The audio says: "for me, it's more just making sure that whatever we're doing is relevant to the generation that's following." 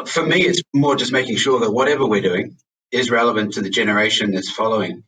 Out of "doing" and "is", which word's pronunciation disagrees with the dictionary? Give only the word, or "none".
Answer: none